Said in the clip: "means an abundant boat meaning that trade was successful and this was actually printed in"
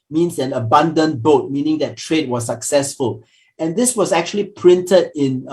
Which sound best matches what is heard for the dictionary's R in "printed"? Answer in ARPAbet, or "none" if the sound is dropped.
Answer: R